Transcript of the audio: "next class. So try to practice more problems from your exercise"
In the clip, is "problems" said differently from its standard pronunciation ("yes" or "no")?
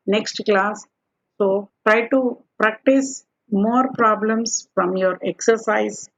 yes